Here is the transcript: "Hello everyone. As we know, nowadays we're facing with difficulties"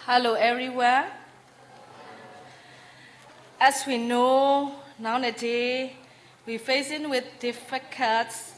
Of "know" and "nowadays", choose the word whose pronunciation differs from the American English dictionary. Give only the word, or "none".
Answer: nowadays